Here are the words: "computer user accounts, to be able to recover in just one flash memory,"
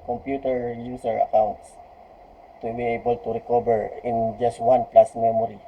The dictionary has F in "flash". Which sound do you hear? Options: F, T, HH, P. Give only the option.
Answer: P